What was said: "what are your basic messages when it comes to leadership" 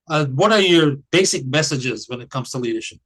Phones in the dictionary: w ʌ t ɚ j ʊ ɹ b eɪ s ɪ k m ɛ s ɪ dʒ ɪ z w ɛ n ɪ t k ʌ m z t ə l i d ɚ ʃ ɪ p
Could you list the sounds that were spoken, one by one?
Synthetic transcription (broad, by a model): w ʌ t ɚ j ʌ ɹ b eɪ s ɪ k m ɛ s ɪ dʒ ɪ z w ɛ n ɪ t k ʌ m z t ə l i d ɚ ʃ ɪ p